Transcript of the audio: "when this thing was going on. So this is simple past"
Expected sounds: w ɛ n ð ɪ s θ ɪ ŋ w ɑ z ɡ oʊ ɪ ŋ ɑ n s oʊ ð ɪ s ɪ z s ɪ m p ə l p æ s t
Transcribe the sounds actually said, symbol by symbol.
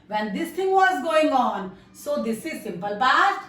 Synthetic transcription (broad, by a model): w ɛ n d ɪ s t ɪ ŋ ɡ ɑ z ɡ oʊ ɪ ŋ ɑ n s oʊ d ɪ s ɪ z s ɪ m p ə l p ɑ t